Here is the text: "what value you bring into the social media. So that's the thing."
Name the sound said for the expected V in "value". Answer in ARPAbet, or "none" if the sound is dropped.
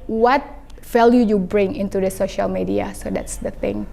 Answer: F